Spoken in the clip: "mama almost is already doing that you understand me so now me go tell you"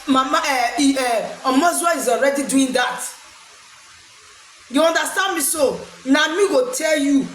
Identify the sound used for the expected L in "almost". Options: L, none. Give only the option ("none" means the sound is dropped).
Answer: none